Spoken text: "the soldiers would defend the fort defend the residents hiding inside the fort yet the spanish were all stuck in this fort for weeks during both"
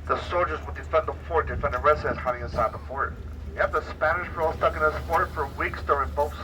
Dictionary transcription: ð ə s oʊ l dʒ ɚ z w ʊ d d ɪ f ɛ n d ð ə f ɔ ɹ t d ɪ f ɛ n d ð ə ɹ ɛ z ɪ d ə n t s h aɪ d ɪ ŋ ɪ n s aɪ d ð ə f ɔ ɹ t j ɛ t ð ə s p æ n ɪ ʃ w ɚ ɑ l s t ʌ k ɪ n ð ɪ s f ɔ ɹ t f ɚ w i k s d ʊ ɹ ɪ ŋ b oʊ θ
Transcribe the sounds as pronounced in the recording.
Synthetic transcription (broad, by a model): ð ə s oʊ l dʒ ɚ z w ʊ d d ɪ f ɛ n ð ə f ɔ ɹ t d ɪ f ɛ n d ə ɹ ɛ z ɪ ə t h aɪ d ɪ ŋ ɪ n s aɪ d ð ə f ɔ ɹ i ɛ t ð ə s p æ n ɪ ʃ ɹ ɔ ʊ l s t ʌ k ɪ n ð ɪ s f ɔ ɹ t f ɚ w i k s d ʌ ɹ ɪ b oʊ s